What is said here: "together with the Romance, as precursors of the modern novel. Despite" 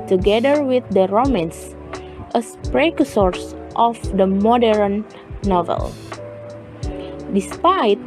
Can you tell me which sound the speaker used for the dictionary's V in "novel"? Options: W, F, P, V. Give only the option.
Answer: V